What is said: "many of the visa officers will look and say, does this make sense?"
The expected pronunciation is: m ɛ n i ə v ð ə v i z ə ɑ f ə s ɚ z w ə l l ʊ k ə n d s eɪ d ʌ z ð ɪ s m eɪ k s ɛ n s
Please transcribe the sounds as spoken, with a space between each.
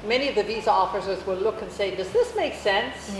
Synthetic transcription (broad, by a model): m ɛ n i ə v ð ə v i z ə ɑ f ə s ɚ z w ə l l ʊ k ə n s eɪ d ʌ z ð ɪ s m eɪ k s ɛ n s